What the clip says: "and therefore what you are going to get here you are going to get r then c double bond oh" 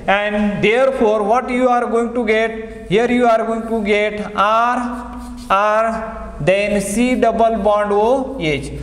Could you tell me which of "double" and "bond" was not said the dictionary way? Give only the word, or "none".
none